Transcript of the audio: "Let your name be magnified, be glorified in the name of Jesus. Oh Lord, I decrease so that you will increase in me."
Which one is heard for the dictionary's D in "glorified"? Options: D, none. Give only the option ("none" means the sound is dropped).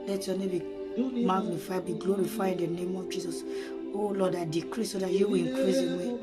none